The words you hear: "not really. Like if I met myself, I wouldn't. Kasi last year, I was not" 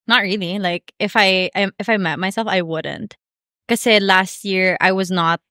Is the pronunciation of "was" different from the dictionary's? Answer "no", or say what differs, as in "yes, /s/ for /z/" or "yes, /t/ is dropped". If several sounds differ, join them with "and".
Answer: no